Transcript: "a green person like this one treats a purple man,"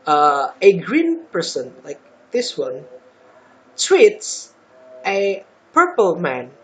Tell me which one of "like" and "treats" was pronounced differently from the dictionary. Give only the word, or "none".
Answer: treats